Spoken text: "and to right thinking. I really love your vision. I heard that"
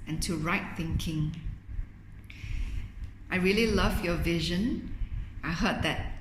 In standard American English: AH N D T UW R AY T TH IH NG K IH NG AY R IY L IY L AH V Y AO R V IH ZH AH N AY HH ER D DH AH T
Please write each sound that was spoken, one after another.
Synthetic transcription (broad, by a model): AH N T UW R AY T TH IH NG K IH NG AY R IY L IY L AH V Y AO V IH ZH AH N AY HH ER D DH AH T